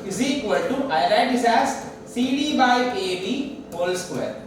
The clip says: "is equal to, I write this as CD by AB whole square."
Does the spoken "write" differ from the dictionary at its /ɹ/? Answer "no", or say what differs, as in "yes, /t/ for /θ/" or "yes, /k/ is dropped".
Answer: yes, /l/ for /ɹ/